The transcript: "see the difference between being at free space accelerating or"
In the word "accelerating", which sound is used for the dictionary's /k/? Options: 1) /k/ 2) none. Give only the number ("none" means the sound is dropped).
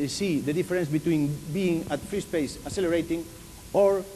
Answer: 2